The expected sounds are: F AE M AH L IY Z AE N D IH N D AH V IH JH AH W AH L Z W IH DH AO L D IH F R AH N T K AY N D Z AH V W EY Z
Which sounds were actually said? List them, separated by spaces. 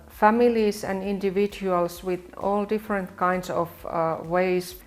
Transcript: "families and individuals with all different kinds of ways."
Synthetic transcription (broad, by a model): F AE M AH L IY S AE N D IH N D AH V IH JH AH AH L S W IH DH AO L D IH F R AH N T K AY N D S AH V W EY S